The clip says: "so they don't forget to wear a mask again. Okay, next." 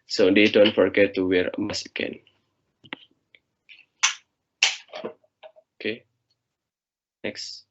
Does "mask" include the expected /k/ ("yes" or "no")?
no